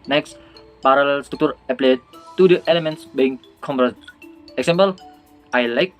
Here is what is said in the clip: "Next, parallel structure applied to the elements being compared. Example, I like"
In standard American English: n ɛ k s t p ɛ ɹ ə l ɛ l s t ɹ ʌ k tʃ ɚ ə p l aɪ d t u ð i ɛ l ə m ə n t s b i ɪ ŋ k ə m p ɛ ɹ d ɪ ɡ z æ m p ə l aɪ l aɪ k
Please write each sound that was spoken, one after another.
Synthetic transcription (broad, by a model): n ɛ k s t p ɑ ɹ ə l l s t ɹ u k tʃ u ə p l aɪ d t u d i ɛ l ə m ə n t s b i ɪ ŋ k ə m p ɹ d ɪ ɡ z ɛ m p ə l aɪ l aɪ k